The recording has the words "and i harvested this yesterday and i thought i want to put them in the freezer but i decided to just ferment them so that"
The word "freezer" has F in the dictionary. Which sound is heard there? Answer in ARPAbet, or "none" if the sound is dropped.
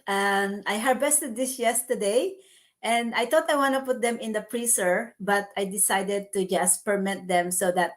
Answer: P